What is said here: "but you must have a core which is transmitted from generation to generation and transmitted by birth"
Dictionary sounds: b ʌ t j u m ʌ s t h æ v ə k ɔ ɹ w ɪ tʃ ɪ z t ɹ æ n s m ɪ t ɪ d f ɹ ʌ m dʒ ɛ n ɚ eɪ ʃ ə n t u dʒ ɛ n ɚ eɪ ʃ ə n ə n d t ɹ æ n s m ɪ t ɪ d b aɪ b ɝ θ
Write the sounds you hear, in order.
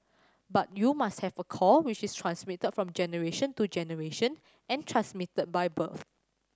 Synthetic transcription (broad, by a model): b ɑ t j u m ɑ s t h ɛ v ə k ɔ l w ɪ tʃ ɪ s t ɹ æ n s m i t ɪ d f ɹ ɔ m dʒ ɛ n ɚ eɪ ʃ ə n t u dʒ ɛ n ɚ eɪ ʃ ə n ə n t ɹ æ n s m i t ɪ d b aɪ b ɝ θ